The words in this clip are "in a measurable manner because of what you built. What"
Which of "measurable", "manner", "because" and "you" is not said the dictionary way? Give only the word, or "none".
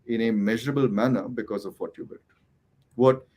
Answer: none